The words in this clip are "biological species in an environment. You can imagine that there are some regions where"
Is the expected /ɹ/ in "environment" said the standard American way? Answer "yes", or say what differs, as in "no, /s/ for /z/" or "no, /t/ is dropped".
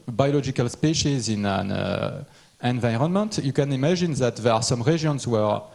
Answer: yes